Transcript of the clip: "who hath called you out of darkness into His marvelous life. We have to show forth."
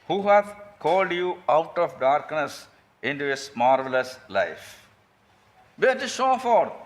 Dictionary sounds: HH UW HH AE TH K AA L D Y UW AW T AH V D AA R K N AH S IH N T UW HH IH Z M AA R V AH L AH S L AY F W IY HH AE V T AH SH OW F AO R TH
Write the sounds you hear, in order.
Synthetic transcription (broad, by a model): HH UW HH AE T K AA L D Y UW AW T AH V D AA R K N AH S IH N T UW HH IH S M AA R V AH L AH S L AY F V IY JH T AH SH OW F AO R